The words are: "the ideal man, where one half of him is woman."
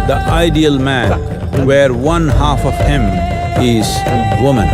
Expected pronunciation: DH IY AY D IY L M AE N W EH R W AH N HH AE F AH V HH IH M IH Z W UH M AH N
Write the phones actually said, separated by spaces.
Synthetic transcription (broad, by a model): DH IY AY D IY L M AE N W EH R W AH N HH AE F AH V HH IH M IH Z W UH M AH N